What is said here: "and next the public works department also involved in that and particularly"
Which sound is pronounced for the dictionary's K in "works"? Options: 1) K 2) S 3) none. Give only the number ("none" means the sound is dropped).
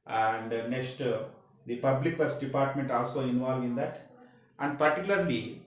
3